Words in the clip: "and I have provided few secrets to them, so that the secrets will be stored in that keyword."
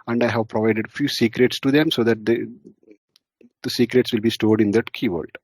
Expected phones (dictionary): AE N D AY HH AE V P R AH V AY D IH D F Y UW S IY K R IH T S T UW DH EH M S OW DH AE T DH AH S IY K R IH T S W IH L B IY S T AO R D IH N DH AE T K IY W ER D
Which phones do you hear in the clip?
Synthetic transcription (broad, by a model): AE N D AY HH AE V P R AH V AY D IH D F Y UW S IY K R IH T S T UW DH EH M S OW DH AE T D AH S IY K R IH T S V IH L B IY S T AO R D IH N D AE T K IY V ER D